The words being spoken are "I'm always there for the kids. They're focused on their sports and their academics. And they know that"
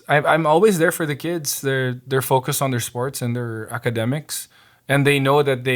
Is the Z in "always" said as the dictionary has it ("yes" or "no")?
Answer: yes